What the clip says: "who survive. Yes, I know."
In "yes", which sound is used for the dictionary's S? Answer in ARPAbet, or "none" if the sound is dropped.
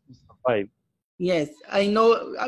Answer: S